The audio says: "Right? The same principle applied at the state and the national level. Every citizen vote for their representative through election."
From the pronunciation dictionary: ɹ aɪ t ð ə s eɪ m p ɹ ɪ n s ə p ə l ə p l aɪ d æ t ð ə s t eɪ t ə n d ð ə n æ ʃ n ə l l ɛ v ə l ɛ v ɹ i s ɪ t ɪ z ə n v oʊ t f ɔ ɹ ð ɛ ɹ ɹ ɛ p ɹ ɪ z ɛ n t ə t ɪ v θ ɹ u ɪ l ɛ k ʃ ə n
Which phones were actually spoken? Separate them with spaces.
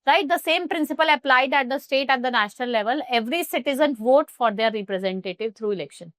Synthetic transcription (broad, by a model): ɹ aɪ t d ə s eɪ m p ɹ ɪ n s ə p ə l ə p l aɪ d æ t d ə s t eɪ t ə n d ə n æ ʃ n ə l l ɛ v ə l ɛ v ɹ i s ɪ t ɪ z ə n v oʊ t f ɔ ɹ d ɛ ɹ ɹ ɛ p ɹ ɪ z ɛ n t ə t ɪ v t ɹ u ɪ l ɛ k ʃ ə n